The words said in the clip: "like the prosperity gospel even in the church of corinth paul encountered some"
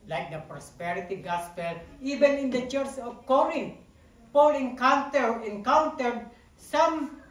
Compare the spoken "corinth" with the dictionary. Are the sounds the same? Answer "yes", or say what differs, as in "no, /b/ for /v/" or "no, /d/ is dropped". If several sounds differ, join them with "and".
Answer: no, /t/ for /θ/